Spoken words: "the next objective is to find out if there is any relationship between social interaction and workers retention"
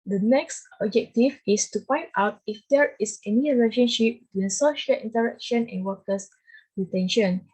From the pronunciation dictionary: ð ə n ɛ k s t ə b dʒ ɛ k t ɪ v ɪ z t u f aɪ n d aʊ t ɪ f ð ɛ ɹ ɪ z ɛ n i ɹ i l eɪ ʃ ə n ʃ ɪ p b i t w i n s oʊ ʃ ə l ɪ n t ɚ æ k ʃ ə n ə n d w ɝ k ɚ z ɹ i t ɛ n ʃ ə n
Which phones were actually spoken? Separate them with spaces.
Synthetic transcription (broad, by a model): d ə n ɛ k s t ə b dʒ ɛ k t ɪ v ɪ s t u p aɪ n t aʊ t ɪ f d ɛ ɹ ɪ s ɛ n i ɹ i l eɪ ʃ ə n ʃ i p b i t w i n s oʊ ʃ ə l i n t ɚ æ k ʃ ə n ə n w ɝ k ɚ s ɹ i t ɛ n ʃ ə n